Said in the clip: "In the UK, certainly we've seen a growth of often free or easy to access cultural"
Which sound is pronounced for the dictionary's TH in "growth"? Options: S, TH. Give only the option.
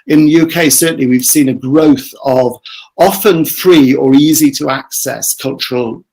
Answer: TH